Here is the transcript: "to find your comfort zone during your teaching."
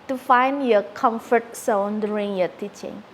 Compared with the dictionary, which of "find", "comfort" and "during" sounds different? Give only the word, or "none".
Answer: during